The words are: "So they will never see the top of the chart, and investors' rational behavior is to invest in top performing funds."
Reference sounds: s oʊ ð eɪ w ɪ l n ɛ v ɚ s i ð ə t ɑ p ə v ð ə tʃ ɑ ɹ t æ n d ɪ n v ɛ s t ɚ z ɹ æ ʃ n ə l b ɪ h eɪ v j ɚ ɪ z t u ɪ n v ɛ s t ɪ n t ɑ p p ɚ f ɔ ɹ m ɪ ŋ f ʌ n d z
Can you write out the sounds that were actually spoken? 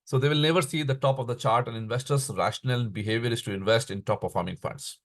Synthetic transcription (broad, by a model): s oʊ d eɪ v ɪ l n ɛ v ɚ s i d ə t ɑ p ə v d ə tʃ ɑ ɹ t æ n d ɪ n v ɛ s t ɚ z ɹ æ ʃ n ə l b ɪ h eɪ v j ɚ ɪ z t u ɪ n v ɛ s t ɪ n t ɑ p p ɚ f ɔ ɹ m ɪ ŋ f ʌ n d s